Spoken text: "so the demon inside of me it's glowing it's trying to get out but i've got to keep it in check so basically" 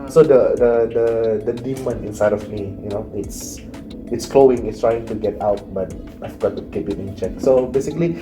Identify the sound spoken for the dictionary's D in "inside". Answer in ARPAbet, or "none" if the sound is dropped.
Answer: D